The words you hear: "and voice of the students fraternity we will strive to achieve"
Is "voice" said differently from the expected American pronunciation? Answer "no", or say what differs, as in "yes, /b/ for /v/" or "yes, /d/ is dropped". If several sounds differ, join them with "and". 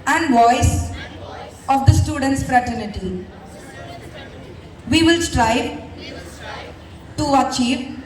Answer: no